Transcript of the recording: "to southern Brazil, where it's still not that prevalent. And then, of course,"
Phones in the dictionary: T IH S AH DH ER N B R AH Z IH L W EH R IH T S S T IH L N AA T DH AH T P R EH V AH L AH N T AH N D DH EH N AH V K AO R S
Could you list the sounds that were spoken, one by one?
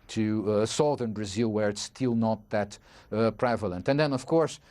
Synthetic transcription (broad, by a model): T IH S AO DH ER N B R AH Z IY L W EH R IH T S S T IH L N AA T DH AH T P R EH V AH L AH N T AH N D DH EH N AH V K AO R S